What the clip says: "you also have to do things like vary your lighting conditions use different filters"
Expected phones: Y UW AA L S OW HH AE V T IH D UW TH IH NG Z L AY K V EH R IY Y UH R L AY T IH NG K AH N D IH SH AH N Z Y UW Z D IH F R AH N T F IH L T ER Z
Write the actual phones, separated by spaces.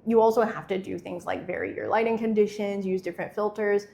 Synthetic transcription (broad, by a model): Y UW AA L S OW HH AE F T IH D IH TH IH NG Z L AY K V EH R IY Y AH R L AY T IH NG K AH N D IH SH AH N Z Y UW Z D IH F R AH N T F IH L T ER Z